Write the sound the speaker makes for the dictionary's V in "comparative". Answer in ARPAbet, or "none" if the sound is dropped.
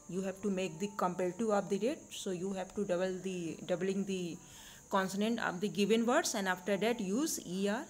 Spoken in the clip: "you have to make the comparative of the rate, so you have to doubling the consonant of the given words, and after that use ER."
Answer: none